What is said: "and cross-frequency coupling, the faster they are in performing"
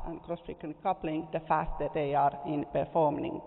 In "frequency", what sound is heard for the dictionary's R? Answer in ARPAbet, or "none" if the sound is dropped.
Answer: none